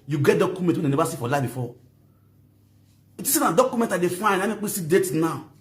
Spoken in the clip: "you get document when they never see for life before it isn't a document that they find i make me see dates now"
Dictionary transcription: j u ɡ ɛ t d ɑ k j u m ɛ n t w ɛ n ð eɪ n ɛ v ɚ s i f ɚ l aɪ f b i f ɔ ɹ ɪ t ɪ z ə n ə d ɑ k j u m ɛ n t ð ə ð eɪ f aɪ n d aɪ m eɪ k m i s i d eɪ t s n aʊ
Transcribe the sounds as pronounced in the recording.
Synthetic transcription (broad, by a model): j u ɡ ɛ t d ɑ k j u m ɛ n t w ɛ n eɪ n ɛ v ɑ s i f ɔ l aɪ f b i f ɔ ɪ t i s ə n ə d ɑ k j u m ɛ n t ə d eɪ f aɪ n aɪ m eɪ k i s i d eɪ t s n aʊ